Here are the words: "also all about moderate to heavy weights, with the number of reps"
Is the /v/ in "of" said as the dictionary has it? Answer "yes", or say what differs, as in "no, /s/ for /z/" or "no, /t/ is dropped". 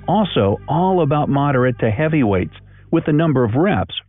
yes